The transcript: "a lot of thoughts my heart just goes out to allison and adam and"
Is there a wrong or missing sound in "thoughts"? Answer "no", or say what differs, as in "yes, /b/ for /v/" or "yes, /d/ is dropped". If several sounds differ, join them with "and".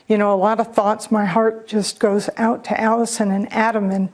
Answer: no